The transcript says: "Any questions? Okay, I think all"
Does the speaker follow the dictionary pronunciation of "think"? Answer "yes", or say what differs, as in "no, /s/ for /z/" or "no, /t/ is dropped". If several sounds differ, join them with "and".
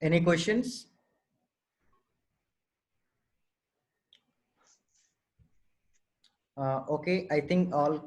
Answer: no, /t/ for /θ/